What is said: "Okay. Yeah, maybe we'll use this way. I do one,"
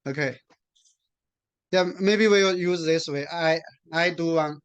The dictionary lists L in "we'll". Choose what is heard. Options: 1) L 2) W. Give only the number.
2